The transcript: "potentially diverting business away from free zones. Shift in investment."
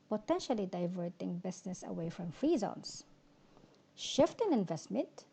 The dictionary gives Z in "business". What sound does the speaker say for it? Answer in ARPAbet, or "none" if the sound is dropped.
S